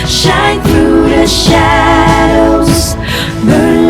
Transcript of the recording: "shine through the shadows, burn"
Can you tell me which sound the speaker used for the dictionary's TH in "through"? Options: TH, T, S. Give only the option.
TH